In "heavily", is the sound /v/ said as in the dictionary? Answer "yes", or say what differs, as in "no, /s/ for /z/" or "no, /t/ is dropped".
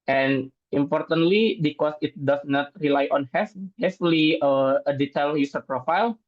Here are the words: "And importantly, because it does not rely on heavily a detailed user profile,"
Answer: no, /f/ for /v/